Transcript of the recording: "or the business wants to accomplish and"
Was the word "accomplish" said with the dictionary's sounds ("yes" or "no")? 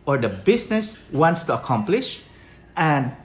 yes